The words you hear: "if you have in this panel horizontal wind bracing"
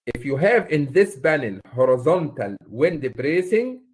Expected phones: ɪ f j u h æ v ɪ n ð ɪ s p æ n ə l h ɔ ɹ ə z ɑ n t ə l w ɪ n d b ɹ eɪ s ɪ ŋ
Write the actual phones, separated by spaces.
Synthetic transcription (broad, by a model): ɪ f j u h æ v ɪ n ð ɪ s b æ n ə l h ɔ ɹ ə z ɑ n t ə l w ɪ n d b ɹ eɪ s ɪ ŋ